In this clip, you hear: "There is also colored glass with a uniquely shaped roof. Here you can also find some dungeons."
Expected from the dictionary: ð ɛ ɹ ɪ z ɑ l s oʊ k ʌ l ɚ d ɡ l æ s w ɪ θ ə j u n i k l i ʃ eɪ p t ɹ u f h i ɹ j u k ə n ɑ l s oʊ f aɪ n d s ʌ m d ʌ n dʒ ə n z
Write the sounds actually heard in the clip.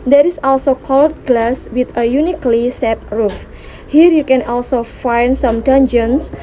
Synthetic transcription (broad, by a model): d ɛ ɹ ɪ s ɑ l s oʊ k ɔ l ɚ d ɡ l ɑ s w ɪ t ə j u n i k l i s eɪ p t ɹ u f h i ɹ j u k ə n ɑ l s oʊ f aɪ n d s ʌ m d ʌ n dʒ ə n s